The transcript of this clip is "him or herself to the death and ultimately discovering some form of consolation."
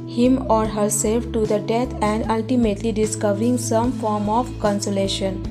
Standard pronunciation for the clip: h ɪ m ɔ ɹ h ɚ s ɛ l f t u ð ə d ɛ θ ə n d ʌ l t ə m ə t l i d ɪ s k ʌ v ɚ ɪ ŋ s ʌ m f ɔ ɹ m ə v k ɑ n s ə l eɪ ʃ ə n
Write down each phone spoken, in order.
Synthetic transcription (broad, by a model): h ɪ m ɔ ɹ h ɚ s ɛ l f t u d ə d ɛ t ə n d ʌ l t ə m ə t l i d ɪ s k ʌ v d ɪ ŋ s ʌ m f ɔ ɹ m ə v k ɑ n s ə l eɪ ʃ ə n